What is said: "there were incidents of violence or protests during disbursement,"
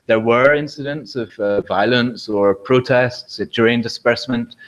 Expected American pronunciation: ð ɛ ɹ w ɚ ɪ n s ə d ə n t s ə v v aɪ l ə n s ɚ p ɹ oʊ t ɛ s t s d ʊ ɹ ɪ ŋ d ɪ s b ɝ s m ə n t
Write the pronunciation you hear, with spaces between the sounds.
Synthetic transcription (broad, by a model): ð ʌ ɹ w ɚ ɪ n s ə d ə n t s ə v v aɪ l ə n s ɚ p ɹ oʊ t ɛ s t s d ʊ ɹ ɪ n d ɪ s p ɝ s m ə n t